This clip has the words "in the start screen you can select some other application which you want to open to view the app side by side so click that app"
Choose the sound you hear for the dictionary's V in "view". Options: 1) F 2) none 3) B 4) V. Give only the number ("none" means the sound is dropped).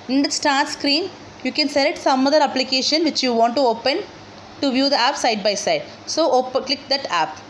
4